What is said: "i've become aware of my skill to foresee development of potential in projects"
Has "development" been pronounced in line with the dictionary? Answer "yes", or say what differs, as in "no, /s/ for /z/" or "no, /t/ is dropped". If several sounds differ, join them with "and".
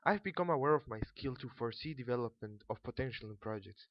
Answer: yes